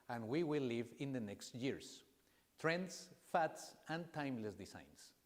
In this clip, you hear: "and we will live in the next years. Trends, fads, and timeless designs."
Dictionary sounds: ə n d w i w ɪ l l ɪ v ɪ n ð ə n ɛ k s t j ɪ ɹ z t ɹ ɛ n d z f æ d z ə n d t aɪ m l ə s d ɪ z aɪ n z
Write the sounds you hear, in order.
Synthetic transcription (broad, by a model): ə n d w i w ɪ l l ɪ v ɪ n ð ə n ɛ k s t j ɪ ɹ s t ɹ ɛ n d s f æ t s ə n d t aɪ m l ə s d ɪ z aɪ n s